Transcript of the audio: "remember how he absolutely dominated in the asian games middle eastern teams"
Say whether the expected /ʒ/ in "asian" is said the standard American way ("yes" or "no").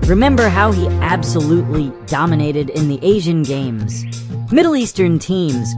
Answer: yes